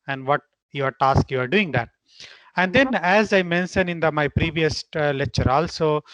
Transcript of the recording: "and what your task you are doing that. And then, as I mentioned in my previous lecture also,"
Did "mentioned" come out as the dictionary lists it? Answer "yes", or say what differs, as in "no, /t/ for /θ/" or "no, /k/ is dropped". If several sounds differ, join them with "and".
no, /d/ is dropped